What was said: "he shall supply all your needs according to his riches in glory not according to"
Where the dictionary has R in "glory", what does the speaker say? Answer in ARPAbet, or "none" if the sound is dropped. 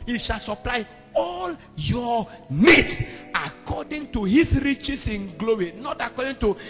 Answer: W